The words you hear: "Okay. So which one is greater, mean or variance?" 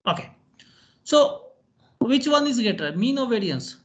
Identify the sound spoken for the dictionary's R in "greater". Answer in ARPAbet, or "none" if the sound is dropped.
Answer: none